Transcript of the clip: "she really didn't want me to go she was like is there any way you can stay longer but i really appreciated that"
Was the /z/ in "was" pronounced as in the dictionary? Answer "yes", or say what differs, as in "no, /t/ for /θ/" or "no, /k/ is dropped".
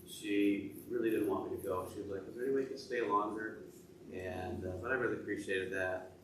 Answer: yes